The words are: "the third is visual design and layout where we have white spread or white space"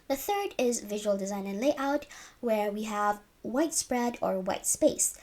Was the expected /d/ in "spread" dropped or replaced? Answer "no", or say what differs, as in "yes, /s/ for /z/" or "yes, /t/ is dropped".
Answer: no